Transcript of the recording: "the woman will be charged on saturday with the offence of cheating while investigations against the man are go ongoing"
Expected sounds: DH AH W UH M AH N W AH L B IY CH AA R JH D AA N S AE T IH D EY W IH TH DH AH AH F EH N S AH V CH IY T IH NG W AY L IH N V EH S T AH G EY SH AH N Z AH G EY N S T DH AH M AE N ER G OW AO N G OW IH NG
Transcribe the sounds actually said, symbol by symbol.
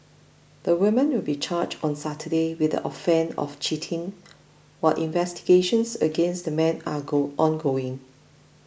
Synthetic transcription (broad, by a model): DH AH W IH M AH N W AH L B IY CH AA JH AA N S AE T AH D EY W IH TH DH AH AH F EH N AH F CH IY T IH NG W AY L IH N V EH S T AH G EY SH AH N S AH G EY N S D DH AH M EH N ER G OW AO N G OW IH NG